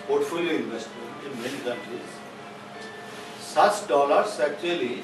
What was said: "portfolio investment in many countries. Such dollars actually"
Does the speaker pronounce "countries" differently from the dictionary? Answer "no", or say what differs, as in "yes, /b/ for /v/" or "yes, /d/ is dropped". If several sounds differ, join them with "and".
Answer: yes, /ɹ/ is dropped